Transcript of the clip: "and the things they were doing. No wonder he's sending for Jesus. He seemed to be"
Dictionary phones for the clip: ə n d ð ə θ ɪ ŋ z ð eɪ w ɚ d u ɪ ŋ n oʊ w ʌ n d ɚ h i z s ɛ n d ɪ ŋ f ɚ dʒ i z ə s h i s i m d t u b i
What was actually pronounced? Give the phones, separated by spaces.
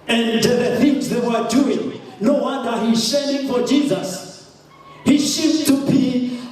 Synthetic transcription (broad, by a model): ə n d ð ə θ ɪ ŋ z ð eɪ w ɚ d u ɪ ŋ n oʊ w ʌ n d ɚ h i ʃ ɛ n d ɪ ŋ f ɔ dʒ i z ə s h i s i d t u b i